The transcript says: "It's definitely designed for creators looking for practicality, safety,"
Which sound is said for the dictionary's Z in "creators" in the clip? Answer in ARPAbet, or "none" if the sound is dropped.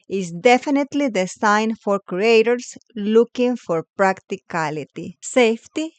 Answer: S